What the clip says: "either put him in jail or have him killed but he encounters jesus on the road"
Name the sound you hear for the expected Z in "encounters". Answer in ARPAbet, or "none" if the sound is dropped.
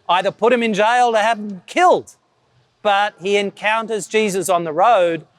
Z